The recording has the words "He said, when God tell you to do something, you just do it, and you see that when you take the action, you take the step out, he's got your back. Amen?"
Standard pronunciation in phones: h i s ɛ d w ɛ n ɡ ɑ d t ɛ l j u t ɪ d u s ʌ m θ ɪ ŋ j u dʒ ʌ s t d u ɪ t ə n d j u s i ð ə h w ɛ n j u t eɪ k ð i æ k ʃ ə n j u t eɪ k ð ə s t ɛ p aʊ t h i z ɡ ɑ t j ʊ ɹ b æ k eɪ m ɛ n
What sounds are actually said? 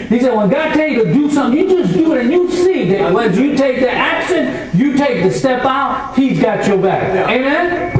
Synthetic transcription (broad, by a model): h i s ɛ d w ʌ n ɡ ɑ d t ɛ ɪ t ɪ d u s ʌ m θ ɪ ŋ j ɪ dʒ ʌ s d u ɪ t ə n j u s i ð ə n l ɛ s j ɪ t eɪ k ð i æ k s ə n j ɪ t eɪ k ð ə s t ɛ p aʊ t h i z ɡ ɑ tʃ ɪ b æ k eɪ m ɛ n